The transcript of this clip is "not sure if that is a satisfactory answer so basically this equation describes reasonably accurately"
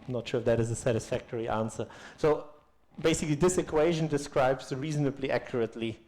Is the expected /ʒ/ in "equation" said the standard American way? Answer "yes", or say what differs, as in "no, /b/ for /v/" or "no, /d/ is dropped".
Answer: yes